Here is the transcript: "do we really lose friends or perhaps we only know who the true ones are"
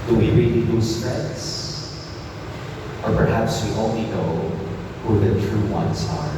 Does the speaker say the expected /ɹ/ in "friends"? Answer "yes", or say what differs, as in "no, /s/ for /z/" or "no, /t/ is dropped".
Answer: no, /ɹ/ is dropped